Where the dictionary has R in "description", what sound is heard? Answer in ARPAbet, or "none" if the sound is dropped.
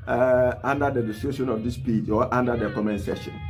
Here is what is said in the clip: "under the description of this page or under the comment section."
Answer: none